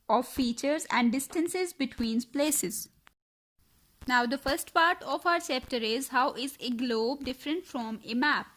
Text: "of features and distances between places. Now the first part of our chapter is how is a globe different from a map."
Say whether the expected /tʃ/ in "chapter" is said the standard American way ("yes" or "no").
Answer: no